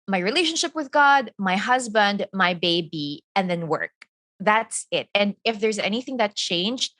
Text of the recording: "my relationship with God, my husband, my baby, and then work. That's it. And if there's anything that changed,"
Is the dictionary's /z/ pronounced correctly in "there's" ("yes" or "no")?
yes